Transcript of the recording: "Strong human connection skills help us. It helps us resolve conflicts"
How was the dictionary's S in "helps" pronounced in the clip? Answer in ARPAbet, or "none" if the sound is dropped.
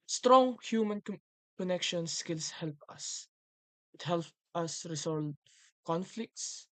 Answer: none